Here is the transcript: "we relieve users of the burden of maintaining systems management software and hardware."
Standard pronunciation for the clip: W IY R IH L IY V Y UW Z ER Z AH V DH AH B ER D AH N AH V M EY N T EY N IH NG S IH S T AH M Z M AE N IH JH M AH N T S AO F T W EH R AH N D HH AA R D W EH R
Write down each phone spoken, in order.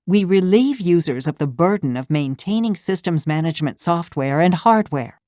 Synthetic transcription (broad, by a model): W IY R IH L IY V Y UW Z ER Z AH V DH AH B ER D N AH V M EY N T EY N IH NG S IH S T AH M Z M AE N IH JH M AH N T S AO F T W EH R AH N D HH AA R D W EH R